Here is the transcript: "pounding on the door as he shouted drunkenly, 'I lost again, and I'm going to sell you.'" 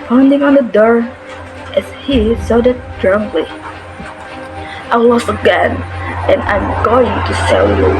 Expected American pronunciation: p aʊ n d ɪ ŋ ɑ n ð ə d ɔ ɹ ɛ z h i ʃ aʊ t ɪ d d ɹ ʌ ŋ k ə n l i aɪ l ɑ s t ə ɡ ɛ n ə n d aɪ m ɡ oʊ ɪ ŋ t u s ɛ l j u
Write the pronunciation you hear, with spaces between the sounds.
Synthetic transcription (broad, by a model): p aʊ n d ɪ ŋ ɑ n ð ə d ɔ ɹ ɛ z h i s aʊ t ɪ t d ɹ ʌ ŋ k l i aɪ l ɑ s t ə ɡ ɛ n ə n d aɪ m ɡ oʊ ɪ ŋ t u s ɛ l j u